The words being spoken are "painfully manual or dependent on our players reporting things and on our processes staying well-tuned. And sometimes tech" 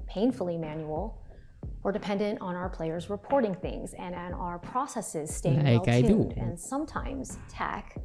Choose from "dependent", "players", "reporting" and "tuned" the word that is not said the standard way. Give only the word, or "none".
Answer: tuned